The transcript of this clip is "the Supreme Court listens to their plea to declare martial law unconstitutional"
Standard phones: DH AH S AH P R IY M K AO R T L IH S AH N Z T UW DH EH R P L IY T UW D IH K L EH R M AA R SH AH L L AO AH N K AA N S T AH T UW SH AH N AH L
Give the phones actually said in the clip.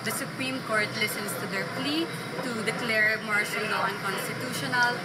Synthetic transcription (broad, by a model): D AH S AH P R IY M K AO R T L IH S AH N S T UW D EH R P L IY T UW D IH K L EH R M AA R SH AH L N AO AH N K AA N S T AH T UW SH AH N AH L